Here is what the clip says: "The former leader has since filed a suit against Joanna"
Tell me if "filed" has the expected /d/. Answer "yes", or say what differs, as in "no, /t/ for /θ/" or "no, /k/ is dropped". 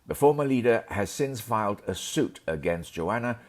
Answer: yes